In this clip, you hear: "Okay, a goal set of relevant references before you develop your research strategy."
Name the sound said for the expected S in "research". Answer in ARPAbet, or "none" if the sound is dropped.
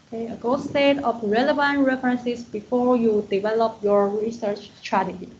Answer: S